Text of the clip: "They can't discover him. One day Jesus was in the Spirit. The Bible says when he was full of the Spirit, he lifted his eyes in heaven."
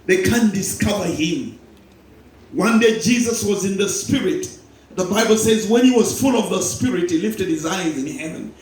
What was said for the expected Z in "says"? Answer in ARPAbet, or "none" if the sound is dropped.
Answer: Z